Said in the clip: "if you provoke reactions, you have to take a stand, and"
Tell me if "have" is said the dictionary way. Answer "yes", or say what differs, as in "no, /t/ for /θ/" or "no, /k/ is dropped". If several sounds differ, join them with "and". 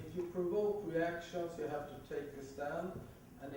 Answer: no, /f/ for /v/